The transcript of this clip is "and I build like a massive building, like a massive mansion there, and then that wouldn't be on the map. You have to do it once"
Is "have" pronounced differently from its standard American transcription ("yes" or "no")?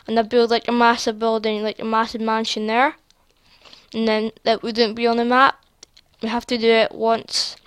yes